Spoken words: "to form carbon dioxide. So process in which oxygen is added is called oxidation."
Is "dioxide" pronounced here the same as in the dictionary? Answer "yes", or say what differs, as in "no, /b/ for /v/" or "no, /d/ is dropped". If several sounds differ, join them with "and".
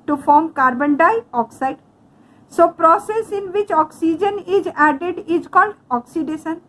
yes